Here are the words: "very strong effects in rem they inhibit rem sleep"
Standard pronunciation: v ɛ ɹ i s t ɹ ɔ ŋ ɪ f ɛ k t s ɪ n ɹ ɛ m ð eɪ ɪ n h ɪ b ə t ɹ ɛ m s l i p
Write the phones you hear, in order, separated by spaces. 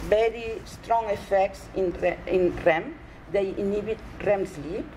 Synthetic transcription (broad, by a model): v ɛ ɹ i s t ɹ ɔ ŋ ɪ f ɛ k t s ɪ n ɹ ɛ m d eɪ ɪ n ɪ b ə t ɹ ɛ m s l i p